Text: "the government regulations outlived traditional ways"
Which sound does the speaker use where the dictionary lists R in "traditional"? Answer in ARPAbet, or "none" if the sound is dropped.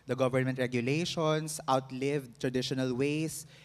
R